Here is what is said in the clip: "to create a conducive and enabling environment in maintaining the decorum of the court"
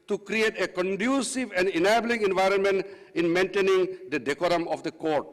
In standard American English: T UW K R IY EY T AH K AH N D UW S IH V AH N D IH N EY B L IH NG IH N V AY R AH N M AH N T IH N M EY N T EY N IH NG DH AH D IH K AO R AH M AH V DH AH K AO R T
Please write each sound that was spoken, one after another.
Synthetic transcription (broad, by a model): T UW K R IY EY T AH K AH N D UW S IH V AH N D IH N EY B L IH NG IH N V AY R AH N M AH N T IH N M EY N T EY N IH NG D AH D IH K AO R AH M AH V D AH K AO R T